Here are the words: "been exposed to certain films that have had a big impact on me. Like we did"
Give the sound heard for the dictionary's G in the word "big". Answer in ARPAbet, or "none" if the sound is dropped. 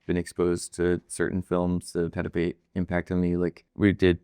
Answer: none